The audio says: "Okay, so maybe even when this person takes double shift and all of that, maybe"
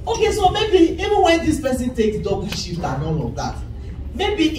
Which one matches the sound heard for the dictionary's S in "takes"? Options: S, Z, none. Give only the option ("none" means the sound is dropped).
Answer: none